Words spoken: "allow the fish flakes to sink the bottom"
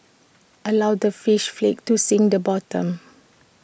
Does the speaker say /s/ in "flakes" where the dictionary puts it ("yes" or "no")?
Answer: no